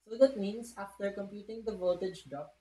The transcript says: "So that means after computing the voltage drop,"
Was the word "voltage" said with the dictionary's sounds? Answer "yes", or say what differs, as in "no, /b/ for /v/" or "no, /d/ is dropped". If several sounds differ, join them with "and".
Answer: no, /l/ is dropped